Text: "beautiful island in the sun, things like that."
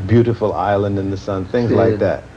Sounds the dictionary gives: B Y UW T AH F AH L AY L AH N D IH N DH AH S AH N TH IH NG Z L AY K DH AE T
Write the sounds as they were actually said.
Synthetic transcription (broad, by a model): B Y UW T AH F L AY L AH N D IH N DH AH S AH N TH IH NG Z L AY K DH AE T